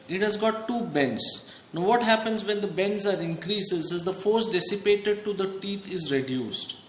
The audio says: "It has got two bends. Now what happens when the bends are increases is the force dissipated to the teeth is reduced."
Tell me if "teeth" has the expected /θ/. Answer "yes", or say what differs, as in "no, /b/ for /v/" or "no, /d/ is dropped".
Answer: no, /t/ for /θ/